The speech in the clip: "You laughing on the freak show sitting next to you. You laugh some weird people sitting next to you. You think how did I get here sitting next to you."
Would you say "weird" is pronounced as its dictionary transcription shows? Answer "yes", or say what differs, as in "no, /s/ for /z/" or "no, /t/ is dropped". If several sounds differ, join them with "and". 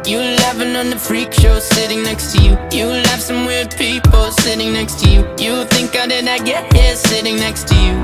no, /l/ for /ɹ/